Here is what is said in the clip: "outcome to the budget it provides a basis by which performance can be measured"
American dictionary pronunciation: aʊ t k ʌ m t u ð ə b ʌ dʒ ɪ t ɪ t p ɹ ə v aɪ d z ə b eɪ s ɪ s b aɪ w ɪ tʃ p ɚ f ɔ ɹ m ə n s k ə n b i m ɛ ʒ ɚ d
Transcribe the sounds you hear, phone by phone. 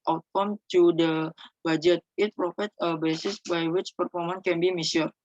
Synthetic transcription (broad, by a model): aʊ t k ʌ m t u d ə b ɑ dʒ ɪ t ɪ t p ɹ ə f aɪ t ə b eɪ s ɪ s b aɪ w ɪ tʃ p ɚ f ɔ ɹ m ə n k ə n b i m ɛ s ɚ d